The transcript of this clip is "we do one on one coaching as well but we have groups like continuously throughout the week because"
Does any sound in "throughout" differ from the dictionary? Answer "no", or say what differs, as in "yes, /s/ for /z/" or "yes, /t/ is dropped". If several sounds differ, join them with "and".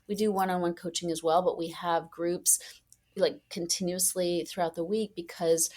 no